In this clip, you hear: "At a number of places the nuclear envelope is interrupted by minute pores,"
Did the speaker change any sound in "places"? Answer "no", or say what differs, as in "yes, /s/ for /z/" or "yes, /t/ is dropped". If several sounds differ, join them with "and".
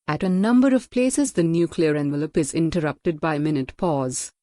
no